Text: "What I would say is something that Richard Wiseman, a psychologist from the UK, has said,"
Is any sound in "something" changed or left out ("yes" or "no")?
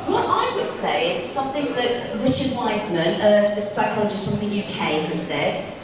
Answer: no